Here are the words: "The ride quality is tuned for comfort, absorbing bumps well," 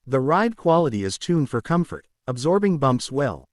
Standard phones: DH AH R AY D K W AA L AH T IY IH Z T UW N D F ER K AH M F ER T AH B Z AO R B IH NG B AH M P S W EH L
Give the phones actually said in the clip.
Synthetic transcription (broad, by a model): DH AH R AY D K W AA L AH T IY IH Z T UW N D F ER K AH M F ER T AH B Z AO R B IH NG B AH M P S W EH L